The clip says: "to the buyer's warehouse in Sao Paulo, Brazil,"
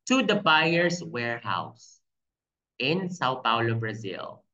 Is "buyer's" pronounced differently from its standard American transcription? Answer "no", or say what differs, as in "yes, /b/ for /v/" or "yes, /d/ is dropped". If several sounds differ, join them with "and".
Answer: yes, /s/ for /z/